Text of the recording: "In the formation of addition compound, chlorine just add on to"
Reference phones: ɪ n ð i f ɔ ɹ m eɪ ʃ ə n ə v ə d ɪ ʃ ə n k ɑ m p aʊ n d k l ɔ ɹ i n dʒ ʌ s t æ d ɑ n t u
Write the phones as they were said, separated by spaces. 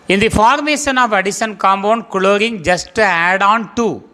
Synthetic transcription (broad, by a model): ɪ n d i f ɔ ɹ m eɪ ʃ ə n ə v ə d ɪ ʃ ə n k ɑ m b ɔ n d k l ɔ ɹ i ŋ dʒ ʌ s t æ d ɑ n t u